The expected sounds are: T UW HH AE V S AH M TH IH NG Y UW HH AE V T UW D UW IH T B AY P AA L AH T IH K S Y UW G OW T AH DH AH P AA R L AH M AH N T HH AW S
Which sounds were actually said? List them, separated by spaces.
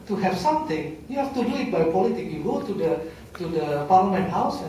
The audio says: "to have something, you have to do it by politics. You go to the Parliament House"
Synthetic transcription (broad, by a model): T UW HH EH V S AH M T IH NG Y UW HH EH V T UW D UW IH T B AY P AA L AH T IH K Y UW G OW T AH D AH P AA R L AH M AH N T HH AW S